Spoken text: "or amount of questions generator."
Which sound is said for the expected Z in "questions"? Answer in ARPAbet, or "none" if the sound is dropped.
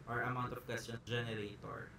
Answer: none